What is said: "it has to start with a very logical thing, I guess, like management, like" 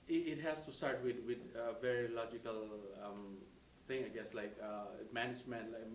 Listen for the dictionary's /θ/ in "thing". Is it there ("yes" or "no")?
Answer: no